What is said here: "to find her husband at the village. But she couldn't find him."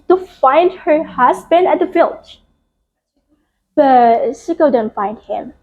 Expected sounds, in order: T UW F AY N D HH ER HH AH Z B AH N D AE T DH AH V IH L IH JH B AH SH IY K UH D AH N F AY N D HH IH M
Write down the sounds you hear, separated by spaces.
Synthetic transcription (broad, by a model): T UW F AY N D HH ER HH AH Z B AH N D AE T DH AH F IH L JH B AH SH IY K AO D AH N F AY N D HH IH M